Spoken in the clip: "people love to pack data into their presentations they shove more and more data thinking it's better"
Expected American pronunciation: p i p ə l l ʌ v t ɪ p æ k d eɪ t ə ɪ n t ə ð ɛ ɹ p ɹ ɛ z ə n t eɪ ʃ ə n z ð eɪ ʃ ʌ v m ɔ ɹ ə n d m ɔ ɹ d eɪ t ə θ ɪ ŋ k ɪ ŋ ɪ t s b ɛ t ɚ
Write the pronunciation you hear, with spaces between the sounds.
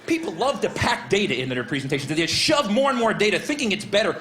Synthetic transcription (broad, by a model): p i p l l ʌ v t ɪ p æ k d eɪ t ə ɪ n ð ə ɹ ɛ p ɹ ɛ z n t eɪ ʃ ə n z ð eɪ ʃ ʌ v m ɔ ɹ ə n m ɔ ɹ d eɪ t ə θ ɪ ŋ k ɪ ŋ ɪ t s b ɛ t ɚ